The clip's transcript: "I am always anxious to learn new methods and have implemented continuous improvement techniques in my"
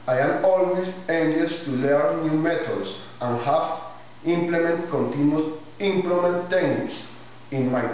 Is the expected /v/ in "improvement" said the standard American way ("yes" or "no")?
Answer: no